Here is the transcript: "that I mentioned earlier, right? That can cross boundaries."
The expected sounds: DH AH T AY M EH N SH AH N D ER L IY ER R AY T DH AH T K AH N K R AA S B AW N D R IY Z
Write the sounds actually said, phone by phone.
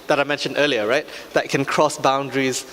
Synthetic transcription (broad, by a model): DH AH T AY M EH N SH AH N D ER L IY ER R AY T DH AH T K AH N K R AA S B AW N D R IY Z